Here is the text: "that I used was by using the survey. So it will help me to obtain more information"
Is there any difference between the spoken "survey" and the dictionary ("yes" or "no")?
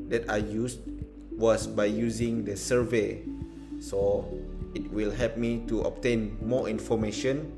no